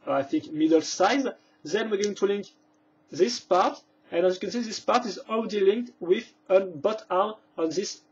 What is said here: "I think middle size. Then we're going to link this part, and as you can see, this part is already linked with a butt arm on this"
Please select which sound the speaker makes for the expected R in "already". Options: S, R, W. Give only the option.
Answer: W